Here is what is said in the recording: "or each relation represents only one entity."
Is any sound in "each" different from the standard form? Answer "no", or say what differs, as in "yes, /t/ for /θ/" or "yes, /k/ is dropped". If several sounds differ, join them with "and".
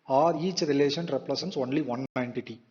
no